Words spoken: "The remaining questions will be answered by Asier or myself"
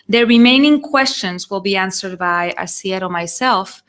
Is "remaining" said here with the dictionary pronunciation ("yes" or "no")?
yes